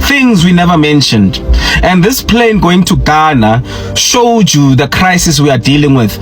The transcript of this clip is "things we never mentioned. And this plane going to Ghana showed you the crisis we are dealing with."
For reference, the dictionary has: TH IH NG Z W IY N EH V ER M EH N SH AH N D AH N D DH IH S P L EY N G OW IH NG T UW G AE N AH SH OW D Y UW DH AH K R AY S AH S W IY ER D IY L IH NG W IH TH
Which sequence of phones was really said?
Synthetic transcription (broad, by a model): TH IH NG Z W IY N EH V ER M EH N SH AH N D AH N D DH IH S P L EY N G OW IH NG T UW G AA N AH SH OW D Y UW DH AH K R AY S AH S W IY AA D IY L IH NG W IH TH